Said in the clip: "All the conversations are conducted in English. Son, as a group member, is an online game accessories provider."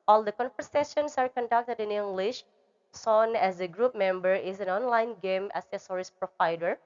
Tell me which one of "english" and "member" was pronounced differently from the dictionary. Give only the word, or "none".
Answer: none